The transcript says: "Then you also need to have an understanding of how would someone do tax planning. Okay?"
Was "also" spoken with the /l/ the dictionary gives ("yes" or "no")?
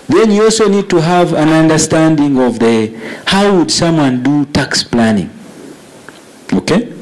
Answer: yes